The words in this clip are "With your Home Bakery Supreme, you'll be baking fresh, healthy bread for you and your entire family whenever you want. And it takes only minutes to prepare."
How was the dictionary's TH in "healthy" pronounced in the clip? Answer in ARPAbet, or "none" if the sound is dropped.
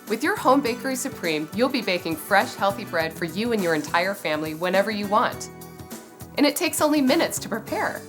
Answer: TH